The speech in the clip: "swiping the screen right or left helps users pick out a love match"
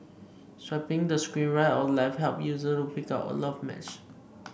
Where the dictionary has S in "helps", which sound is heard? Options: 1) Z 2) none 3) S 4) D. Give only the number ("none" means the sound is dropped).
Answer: 2